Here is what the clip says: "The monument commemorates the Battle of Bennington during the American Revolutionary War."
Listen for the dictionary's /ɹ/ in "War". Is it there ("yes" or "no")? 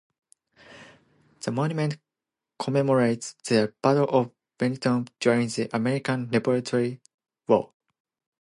no